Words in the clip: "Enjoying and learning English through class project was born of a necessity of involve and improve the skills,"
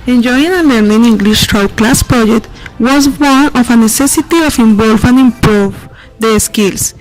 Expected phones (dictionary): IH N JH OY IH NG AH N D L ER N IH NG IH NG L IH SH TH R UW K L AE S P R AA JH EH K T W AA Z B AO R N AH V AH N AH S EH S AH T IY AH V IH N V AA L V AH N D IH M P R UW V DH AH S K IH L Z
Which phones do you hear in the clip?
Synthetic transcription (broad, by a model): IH N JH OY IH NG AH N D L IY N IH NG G L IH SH T R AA K L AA S P R AA JH EH K T W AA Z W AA N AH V AH N AH S EH S AH T IY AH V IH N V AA L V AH N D IH M P R UW V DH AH S K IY L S